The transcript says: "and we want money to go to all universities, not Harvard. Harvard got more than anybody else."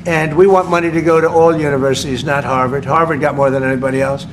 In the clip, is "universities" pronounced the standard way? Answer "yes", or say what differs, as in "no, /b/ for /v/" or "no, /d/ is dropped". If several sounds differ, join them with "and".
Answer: yes